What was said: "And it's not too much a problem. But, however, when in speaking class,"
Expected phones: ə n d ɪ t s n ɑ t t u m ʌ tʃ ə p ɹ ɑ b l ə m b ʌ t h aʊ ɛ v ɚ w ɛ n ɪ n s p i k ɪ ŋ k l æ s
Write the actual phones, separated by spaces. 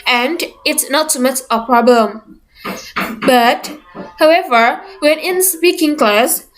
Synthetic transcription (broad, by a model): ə n d ɪ t s n ɑ t s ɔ m ʌ tʃ ə p ɹ ɑ b l ə m b ʌ t h aʊ ɛ v ɚ w ɛ n ɪ n s p i k ɪ ŋ k l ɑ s